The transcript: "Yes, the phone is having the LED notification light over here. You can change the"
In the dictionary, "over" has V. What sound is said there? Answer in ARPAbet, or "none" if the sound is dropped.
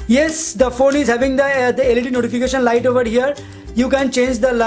V